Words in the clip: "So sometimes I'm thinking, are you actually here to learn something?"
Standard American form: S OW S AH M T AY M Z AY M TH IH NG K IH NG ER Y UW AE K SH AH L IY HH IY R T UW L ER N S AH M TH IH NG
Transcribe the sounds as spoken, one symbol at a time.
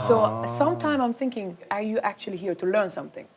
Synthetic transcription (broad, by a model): S OW S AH M T AY M AY M TH IH NG K IH NG ER Y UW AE K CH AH L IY HH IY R T UW L ER N S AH M TH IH NG